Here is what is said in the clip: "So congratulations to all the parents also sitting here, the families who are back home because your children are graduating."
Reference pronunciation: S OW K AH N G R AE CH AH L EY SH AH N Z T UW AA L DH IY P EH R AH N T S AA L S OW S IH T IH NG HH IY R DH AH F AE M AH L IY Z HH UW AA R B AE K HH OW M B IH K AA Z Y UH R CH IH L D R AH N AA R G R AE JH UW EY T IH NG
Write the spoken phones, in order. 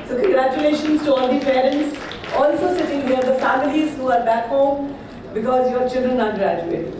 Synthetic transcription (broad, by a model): S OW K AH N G R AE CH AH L EY SH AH N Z T UW AA L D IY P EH R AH N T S AA L S OW S IH T IH NG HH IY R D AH F AE M AH L IY Z HH UW AA R B AE K HH OW M B IH K AA Z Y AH R CH IH L D R AH N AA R G R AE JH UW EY T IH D